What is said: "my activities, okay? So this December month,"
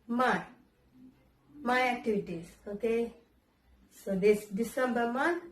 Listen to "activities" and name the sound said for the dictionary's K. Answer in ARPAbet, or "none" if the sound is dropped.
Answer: none